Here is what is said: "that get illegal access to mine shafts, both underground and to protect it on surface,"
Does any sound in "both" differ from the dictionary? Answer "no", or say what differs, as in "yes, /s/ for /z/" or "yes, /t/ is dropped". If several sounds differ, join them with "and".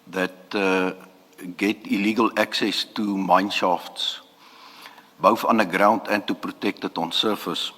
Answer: yes, /f/ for /θ/